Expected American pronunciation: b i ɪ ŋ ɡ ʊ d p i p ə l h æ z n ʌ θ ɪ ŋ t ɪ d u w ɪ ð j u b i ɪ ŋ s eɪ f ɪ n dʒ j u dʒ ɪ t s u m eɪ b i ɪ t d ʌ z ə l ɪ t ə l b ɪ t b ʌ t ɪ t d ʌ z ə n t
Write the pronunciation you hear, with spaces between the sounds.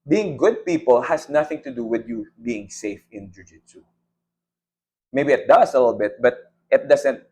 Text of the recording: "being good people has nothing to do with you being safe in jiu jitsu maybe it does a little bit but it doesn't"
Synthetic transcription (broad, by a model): b i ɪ ŋ ɡ ʊ d p i p ə l h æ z n ʌ θ ɪ ŋ t ɪ d u w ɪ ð j u b i ɪ ŋ s eɪ f ɪ n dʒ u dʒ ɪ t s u m eɪ b i ɪ t d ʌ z ə l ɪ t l b ɪ t b ʌ t ɪ t d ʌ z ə n t